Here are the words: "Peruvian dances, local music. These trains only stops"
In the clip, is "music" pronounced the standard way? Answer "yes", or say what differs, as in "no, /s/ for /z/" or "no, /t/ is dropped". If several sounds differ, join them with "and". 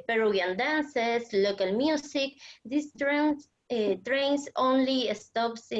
no, /s/ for /z/